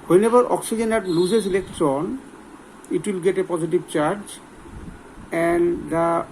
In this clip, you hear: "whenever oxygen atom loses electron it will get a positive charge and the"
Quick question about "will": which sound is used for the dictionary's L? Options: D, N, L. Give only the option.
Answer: L